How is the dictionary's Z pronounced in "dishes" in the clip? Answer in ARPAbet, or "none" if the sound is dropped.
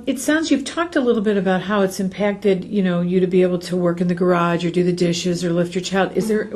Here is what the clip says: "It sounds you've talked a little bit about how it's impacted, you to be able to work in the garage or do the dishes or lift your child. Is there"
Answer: Z